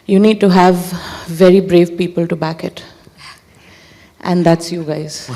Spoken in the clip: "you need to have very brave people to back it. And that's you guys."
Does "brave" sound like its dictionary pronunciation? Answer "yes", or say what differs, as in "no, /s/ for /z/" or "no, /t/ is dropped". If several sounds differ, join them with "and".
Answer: yes